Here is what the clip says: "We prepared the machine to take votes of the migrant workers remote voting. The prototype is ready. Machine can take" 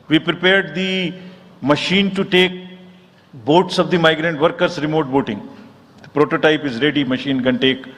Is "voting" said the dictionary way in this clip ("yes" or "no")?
no